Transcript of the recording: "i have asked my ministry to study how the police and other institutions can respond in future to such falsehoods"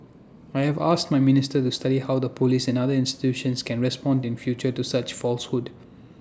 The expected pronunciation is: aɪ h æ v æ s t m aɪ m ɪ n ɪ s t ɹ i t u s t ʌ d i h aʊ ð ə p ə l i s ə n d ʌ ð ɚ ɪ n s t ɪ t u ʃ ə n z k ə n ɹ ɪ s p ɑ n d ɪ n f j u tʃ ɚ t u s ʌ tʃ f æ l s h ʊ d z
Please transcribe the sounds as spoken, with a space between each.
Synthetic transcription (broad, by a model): aɪ h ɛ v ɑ s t m aɪ m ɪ n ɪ s t i t u s t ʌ d i h aʊ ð ə p ə l i s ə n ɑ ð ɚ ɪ n s t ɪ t u ʃ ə n s k ə n ɹ ɪ s p ɑ n d ɪ n f j u tʃ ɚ t u s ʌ tʃ f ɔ l s h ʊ d